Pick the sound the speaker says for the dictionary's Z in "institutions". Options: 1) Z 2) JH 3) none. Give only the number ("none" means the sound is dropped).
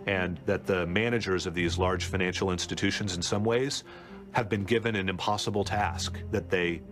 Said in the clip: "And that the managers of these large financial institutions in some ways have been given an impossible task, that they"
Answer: 1